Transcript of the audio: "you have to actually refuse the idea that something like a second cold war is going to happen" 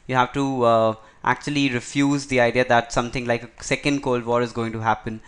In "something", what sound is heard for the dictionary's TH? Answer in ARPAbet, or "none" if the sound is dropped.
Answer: T